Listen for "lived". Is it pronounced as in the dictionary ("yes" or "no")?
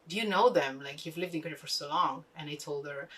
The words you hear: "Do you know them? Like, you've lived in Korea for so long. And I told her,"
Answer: yes